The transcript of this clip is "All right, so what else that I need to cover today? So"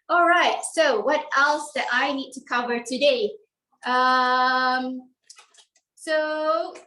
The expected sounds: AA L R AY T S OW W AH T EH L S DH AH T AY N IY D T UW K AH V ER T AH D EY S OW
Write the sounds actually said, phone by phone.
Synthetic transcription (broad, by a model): AA L R AY T S OW W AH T EH L S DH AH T AY N IY D T UW K AH V ER T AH D EY S OW